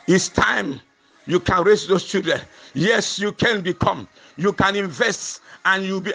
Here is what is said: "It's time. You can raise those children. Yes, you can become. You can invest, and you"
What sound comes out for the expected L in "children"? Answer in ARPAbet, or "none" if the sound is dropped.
none